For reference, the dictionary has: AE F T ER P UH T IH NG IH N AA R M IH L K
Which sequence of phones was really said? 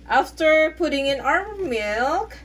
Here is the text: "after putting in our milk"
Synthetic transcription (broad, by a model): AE F T ER P UH T IH NG IH N AA R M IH L K